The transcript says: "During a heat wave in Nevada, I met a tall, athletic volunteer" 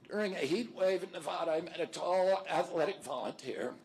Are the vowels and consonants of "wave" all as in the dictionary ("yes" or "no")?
yes